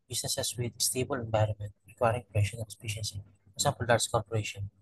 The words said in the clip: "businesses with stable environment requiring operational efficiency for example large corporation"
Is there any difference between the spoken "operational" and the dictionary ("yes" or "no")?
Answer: yes